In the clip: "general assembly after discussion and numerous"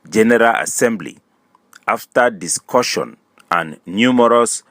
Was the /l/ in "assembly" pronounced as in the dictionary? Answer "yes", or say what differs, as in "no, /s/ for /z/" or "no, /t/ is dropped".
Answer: yes